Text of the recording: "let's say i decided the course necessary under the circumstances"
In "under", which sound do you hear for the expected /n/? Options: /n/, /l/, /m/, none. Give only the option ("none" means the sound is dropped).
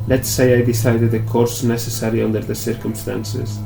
/n/